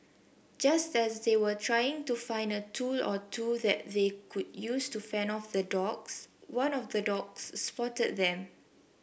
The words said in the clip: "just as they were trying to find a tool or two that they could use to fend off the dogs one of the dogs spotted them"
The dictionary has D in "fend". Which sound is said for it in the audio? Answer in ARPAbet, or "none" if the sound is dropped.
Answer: none